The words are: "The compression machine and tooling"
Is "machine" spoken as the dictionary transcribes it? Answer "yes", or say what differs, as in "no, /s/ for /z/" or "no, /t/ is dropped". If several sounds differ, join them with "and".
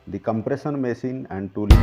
no, /s/ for /ʃ/